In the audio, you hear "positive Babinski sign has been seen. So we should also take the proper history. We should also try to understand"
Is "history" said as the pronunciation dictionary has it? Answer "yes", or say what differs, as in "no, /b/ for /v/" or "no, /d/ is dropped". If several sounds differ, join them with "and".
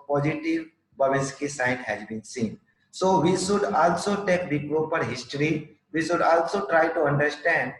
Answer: yes